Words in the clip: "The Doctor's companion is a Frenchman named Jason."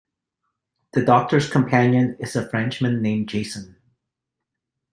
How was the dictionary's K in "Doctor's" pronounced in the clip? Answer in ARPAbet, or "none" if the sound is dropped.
K